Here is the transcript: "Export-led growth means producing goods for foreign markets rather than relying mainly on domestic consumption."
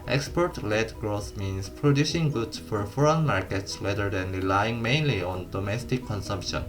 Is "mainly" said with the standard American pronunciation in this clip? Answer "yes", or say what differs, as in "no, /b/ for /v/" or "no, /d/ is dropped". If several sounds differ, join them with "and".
yes